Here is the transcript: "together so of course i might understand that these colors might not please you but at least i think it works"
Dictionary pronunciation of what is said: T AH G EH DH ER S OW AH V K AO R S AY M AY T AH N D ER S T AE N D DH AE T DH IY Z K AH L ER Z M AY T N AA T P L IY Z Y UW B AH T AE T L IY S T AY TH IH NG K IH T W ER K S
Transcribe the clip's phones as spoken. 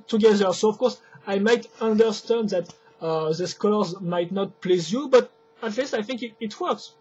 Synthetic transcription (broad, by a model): T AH G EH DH ER S OW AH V K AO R S AY M AY T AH N D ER S T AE N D DH AE T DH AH S K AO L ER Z M AY T N AA T P L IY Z Y UW B AH T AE T L IY S T AY TH IH NG K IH T W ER K S